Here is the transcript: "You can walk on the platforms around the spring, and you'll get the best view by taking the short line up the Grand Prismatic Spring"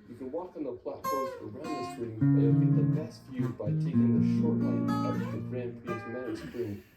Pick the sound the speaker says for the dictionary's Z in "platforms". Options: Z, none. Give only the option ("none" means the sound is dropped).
none